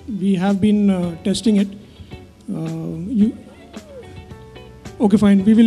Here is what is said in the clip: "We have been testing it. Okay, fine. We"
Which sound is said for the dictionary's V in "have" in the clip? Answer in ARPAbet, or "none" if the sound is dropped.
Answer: V